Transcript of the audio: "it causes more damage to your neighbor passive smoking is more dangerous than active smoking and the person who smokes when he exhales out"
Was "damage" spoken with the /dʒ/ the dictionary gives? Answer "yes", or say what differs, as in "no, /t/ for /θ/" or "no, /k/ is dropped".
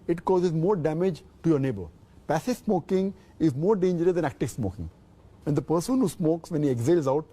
yes